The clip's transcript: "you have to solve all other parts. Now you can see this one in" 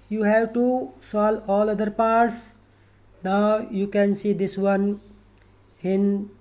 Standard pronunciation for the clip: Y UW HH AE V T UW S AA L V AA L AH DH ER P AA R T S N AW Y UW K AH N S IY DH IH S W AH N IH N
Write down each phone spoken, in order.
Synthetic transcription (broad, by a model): Y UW HH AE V T UW S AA L AA L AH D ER P AA R T S N AW Y UW K AH N S IY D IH S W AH N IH N